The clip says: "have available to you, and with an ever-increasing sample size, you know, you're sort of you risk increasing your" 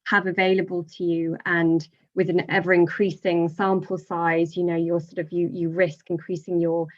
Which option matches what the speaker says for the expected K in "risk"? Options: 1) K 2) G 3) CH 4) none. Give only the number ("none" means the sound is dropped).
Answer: 1